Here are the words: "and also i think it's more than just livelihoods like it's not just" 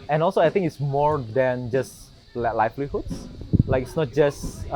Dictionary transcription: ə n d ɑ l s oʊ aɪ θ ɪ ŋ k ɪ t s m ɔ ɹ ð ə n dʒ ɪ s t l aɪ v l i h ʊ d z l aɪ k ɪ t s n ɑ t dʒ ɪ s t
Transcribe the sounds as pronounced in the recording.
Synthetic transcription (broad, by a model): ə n ɑ l s oʊ aɪ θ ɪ ŋ ɪ t s m ɔ ɹ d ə n dʒ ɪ s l l aɪ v l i h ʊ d s l aɪ k ɪ t s n ɑ t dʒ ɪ s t